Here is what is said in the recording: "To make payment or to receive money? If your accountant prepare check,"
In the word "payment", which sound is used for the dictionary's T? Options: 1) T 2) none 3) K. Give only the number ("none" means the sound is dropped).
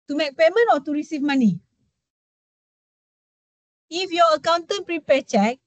2